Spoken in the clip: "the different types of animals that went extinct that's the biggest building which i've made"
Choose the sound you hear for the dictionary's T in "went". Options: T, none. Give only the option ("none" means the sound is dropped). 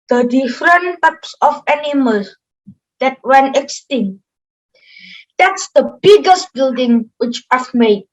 none